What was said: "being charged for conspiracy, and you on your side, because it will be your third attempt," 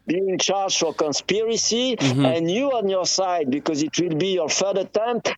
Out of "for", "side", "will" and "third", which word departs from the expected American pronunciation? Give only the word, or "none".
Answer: third